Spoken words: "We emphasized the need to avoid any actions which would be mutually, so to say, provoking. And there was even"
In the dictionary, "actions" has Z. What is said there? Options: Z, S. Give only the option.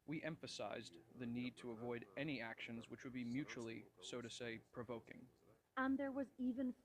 Z